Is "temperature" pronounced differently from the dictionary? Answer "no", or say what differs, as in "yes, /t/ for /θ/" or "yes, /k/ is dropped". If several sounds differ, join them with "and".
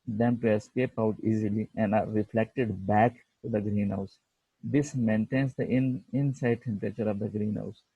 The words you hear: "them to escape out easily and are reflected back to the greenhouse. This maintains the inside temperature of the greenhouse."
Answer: no